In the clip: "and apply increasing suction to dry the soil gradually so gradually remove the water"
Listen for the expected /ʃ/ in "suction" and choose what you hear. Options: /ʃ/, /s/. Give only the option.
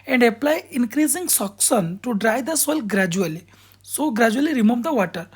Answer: /s/